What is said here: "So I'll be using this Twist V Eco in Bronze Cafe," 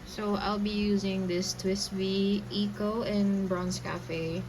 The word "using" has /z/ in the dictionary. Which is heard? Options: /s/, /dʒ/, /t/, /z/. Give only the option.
/z/